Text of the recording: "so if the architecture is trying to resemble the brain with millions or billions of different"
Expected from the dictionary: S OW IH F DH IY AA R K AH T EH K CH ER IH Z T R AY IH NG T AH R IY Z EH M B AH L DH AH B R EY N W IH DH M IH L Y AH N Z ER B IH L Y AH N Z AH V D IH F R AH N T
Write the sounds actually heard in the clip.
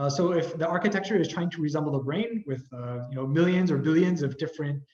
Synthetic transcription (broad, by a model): S OW IH F DH IY AA R K AH T EH K CH ER IH Z T R AY IH NG T AH R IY Z EH M B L DH AH B R EY N W IH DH M IH L Y AH N Z ER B IH L Y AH N Z AH V D IH F R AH N T